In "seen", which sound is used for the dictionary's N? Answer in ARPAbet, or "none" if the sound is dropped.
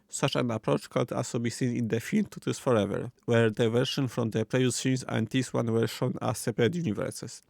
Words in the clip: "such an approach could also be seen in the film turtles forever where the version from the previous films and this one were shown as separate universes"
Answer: N